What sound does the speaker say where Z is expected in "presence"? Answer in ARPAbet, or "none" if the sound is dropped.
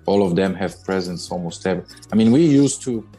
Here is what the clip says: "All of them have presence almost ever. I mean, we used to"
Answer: Z